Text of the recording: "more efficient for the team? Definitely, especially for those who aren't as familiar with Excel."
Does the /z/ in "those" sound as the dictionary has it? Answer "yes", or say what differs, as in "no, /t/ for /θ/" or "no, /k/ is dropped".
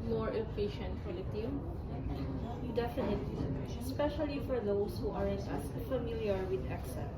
no, /s/ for /z/